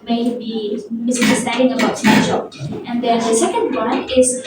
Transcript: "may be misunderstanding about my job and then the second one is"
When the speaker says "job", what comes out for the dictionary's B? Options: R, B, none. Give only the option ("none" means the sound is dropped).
none